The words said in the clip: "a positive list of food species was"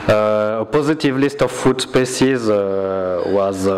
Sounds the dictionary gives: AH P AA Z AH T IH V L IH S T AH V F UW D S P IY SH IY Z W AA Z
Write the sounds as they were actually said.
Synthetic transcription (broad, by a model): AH P AA Z AH T IH V L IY S T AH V F UW D S P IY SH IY Z W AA Z